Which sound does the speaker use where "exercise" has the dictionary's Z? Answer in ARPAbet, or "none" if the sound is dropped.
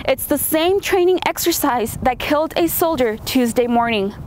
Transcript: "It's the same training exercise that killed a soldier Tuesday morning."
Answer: Z